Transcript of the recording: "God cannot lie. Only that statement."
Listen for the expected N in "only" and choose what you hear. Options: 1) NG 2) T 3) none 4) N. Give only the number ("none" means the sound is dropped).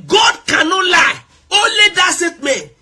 3